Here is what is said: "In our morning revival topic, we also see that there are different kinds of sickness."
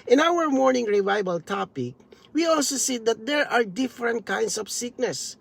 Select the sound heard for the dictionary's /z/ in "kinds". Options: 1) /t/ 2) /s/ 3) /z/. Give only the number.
2